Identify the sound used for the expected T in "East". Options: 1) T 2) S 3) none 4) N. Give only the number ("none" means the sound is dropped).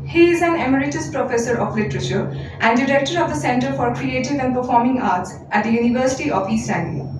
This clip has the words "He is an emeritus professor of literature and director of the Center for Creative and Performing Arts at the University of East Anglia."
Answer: 3